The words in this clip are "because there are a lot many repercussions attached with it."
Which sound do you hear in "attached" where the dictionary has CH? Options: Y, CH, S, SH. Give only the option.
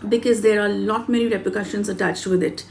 CH